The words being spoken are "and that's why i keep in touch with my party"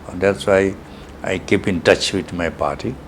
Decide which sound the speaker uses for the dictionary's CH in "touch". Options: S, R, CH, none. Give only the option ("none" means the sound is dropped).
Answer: CH